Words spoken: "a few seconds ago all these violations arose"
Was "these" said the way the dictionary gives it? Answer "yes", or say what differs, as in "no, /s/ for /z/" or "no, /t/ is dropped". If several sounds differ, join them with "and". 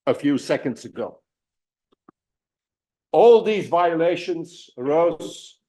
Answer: yes